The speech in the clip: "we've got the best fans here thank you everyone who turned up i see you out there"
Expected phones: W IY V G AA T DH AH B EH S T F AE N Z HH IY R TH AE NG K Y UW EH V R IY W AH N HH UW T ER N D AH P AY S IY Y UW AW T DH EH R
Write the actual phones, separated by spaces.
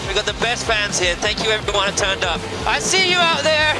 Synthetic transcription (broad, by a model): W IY G AA T DH AH B EH S T F AE N Z HH IY R TH AE NG K Y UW EH V R IY W AH N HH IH T ER N D AH P AY S IY Y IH AW T DH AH R